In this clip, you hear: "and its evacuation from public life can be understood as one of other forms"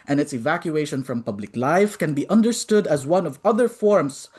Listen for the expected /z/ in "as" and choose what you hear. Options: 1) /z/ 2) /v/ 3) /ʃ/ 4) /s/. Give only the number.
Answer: 1